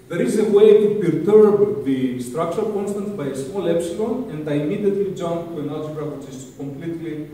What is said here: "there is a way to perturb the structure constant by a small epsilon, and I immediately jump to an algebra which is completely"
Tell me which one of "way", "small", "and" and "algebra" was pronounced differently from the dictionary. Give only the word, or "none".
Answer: algebra